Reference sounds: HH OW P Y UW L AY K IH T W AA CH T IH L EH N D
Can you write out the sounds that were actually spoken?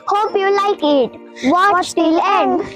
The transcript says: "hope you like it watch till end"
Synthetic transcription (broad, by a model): HH OW P Y UW L AY K IH T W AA S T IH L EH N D